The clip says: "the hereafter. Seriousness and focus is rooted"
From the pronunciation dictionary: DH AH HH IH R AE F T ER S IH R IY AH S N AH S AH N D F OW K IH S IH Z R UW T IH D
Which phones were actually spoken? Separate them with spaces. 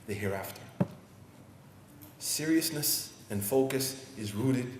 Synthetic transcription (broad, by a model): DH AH HH IH R AE F T ER S IH R IY AH S N AH S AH N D F OW K IH S IH Z R UW T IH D